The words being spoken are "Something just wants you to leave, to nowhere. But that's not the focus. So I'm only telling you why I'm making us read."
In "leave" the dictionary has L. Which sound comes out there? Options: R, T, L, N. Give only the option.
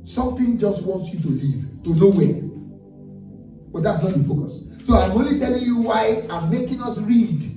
L